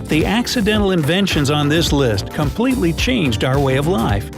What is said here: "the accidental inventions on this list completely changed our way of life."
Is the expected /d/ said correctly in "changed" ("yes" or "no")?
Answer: yes